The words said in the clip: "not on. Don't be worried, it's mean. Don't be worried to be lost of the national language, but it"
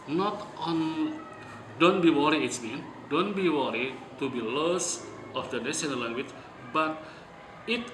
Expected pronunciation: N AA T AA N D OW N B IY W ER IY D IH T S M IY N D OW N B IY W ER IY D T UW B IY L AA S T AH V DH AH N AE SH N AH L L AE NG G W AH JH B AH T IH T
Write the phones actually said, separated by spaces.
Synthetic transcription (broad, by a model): N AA T AA N D OW N B IY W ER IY IH T S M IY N D OW N B IY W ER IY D T UW B IY L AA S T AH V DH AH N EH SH AH N L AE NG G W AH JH B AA T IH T